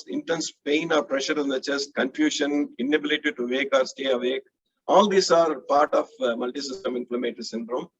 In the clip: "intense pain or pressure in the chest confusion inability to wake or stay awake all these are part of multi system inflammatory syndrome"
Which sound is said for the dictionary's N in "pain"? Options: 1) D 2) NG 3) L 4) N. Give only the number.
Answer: 4